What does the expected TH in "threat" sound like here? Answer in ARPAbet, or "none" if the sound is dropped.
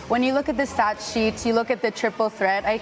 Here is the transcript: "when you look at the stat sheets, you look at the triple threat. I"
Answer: TH